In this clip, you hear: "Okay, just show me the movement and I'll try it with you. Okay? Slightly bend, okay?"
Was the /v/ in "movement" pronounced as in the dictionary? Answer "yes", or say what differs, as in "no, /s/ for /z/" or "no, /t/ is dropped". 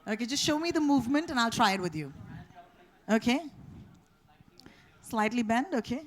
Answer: yes